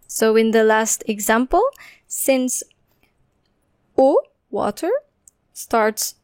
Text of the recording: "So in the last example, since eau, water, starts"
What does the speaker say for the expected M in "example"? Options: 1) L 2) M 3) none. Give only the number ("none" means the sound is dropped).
2